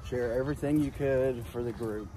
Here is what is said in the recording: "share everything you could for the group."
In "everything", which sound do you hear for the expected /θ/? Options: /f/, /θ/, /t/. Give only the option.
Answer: /θ/